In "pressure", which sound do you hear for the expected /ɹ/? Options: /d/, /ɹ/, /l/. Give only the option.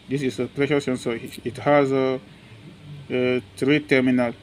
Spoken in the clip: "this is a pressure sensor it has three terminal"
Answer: /l/